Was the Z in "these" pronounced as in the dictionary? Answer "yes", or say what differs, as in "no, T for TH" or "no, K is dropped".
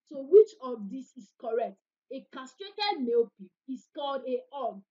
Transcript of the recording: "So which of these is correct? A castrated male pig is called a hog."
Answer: no, S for Z